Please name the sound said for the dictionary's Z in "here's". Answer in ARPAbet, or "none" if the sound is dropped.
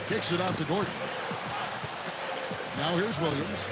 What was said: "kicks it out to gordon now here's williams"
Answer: Z